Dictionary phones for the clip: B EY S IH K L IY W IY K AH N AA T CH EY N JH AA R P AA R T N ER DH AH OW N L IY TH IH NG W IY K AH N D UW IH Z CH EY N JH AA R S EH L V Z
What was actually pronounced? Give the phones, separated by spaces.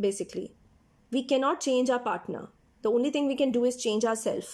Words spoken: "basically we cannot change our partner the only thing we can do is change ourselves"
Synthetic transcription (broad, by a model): B EY S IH K L IY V IY K AH N AA T CH EY N JH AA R P AA R T N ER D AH OW N L IY T IH NG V IY K AH N D UW IH Z CH EY N JH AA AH S EH L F